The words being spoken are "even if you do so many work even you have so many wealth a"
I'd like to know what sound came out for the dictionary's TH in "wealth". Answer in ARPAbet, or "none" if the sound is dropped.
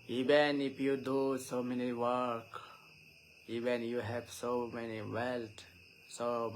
S